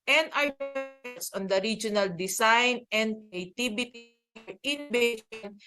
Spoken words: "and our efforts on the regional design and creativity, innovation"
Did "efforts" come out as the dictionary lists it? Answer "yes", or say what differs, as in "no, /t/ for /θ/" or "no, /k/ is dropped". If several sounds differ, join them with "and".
no, /f/ is dropped